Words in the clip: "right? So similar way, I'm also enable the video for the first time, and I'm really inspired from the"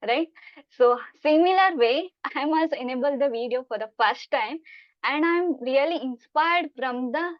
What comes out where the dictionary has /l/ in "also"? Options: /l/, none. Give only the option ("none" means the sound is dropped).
none